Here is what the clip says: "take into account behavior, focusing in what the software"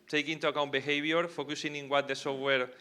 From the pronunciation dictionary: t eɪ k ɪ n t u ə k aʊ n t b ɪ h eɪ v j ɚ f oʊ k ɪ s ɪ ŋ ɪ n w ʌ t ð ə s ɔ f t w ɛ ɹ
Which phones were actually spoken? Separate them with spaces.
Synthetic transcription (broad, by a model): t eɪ k ɪ n t u ə k aʊ n t b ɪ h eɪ b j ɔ f oʊ k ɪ s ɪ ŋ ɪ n w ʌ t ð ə s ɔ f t w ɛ ɹ